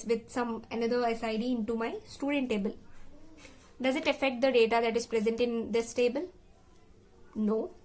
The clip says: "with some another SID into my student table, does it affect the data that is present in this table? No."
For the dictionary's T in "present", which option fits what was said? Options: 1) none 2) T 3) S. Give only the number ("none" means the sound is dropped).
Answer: 2